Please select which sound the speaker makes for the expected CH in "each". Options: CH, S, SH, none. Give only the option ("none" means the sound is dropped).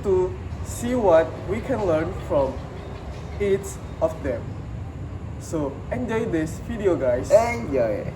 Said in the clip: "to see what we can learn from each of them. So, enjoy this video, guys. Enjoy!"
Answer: S